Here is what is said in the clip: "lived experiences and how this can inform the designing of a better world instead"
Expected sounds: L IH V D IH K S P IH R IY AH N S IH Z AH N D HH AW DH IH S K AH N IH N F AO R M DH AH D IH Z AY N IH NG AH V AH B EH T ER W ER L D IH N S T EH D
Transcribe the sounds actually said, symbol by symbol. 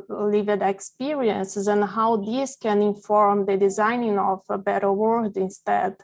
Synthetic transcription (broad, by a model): L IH V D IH K S P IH R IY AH N S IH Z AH N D HH AW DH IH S K AH N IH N F AO R M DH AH D IH Z AY N IH NG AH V AH B EH T ER W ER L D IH N S T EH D